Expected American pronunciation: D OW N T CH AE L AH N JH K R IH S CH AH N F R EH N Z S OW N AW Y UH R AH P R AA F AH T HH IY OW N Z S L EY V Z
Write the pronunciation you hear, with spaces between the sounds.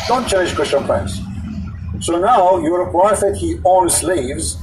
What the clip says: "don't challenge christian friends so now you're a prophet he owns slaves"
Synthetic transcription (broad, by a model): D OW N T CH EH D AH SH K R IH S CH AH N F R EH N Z S OW N AW Y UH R AH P AA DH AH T HH IY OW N S L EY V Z